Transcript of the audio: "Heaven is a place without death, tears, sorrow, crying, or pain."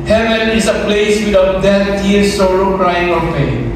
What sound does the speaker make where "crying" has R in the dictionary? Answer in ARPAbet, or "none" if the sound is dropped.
R